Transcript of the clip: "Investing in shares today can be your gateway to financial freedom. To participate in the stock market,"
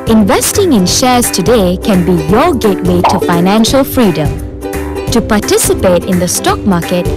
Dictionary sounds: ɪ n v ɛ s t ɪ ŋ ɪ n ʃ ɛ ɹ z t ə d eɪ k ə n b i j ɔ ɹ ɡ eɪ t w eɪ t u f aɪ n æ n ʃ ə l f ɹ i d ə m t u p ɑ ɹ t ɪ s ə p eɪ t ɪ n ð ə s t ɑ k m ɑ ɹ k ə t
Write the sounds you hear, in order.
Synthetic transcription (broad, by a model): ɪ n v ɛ s t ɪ ŋ ɪ n ʃ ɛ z t ə d eɪ k ə n b i j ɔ ɡ eɪ t w eɪ t u f aɪ n æ n ʃ ə l f ɹ i d ə m t u p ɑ t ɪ s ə p eɪ t ɪ n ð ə s t ɑ k m ɑ k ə t